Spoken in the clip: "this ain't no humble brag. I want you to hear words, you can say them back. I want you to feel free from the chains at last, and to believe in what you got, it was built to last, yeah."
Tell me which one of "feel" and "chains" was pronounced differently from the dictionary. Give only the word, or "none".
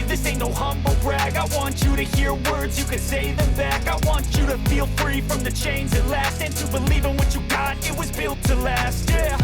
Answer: none